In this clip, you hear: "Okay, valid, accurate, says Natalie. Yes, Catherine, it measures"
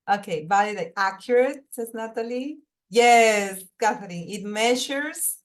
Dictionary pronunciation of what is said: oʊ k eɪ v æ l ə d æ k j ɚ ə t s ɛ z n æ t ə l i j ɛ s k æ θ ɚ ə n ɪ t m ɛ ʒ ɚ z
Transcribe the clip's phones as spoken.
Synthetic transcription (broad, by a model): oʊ k eɪ b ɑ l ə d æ k j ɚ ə t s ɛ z n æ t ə l i j ɛ s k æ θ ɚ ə ɪ t m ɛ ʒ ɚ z